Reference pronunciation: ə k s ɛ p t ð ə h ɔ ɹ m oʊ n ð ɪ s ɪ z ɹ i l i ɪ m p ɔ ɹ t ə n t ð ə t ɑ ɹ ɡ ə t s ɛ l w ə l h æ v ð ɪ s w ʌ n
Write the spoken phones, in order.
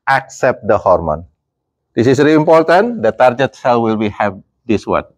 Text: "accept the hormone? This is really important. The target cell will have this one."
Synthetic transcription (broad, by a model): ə k s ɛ p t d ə h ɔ ɹ m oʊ n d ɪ s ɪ s ɹ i i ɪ m p ɔ ɹ t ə n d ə t ɑ ɹ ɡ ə t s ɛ l w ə l h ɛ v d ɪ s w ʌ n